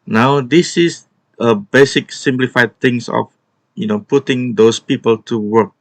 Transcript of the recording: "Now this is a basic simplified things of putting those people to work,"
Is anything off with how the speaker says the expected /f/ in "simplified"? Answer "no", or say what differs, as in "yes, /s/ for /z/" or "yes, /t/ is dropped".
no